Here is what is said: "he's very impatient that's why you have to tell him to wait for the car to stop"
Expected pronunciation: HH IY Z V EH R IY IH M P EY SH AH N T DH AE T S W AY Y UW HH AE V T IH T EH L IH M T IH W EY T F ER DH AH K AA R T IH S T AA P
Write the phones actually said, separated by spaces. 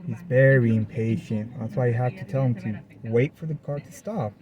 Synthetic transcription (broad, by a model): HH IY Z V EH R IY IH M P EY SH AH N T DH AE T S W AY Y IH HH AE F T IH T EH L IH M T IH W EY T F ER DH AH K AA R T IH S T AA P